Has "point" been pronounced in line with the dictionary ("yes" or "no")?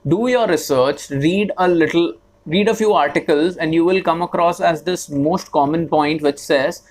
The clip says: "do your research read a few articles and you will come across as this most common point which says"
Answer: yes